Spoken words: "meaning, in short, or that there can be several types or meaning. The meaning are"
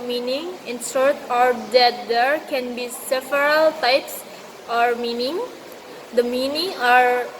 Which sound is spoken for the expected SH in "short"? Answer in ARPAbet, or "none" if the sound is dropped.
S